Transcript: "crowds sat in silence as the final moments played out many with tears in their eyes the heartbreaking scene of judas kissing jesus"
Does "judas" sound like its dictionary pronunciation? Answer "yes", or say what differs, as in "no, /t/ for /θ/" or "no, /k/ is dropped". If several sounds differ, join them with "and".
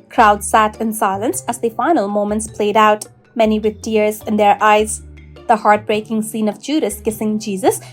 yes